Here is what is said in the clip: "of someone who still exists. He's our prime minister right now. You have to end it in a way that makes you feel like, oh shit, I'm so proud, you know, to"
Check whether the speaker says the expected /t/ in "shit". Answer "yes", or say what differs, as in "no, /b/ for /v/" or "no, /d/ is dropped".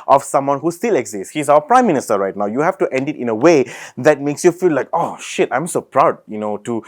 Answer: yes